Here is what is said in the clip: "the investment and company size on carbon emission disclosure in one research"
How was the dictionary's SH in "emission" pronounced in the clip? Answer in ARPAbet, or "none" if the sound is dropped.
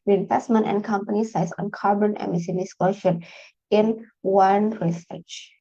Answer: S